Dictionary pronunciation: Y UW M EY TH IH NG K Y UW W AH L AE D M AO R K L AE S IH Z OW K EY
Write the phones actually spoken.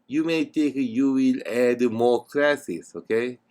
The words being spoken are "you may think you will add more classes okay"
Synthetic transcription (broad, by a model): Y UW M EY T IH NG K Y UW W AH L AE D M AO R K L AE S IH S OW K EY